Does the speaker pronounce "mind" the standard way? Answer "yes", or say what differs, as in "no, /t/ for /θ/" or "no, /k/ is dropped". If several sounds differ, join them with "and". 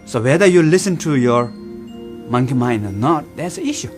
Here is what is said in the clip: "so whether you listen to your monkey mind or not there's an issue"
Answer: no, /d/ is dropped